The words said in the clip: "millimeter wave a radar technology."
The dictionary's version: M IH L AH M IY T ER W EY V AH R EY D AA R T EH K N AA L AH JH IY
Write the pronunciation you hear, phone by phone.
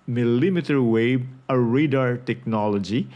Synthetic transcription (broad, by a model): M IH L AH M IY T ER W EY B AH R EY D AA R T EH K N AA L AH JH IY